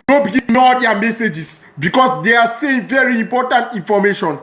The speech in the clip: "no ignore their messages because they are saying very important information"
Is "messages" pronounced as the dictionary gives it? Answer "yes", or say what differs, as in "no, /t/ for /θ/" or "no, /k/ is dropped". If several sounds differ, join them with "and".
no, /s/ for /z/